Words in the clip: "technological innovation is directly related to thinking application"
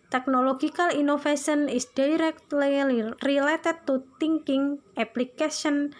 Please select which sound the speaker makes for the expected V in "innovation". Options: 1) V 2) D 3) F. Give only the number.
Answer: 3